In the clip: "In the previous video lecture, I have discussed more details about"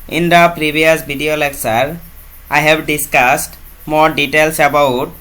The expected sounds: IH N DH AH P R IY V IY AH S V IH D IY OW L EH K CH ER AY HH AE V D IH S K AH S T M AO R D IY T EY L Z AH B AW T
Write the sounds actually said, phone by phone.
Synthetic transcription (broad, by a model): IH N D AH P R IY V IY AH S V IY D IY OW L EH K S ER AY HH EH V D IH S K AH S T M AO R D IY T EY L S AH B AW T